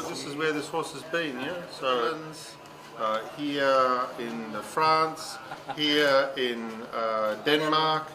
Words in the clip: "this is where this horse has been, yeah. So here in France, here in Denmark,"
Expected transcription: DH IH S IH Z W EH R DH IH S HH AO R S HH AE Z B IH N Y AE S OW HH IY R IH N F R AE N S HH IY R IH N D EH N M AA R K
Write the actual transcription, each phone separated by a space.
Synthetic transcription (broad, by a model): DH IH S IH Z W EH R DH IH S HH AO R S HH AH Z B IH N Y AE S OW HH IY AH IH N F R AE N S HH IY R IH N D EH N M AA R K